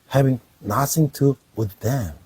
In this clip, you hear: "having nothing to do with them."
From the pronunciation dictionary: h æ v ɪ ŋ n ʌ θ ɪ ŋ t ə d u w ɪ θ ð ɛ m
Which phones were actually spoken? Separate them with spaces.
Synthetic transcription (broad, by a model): h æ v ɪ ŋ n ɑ s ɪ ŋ t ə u w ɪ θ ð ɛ m